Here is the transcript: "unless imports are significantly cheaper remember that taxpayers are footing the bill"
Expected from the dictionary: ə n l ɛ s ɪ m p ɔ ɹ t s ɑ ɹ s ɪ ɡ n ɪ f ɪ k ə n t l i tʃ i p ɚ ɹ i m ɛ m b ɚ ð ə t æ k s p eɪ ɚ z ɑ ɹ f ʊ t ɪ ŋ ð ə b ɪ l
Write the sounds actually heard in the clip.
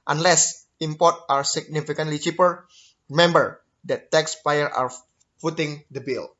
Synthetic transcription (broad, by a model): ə n l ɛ s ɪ m p ɔ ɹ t ɑ ɹ s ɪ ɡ n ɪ f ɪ k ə n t l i tʃ i p ɚ ɹ i m ɛ m b ɚ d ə t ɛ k s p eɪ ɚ ɑ ɹ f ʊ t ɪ ŋ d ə b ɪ l